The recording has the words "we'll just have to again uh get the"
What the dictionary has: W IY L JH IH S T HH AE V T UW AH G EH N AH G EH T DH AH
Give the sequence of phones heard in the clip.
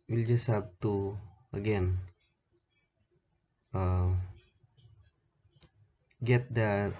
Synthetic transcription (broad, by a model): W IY L JH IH S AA B T UW AH G EH N AH G EH T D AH